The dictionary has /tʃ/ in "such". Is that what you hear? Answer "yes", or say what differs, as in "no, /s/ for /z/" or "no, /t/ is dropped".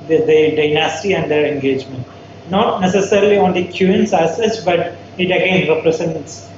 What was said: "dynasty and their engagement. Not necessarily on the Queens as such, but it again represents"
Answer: no, /s/ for /tʃ/